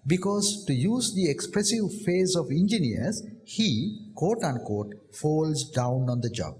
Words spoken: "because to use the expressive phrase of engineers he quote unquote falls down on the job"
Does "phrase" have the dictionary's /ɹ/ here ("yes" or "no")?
no